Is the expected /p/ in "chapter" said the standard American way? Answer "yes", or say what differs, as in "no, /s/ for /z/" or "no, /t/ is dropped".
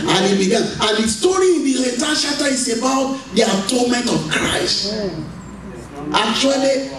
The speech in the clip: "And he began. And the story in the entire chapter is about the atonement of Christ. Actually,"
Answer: no, /p/ is dropped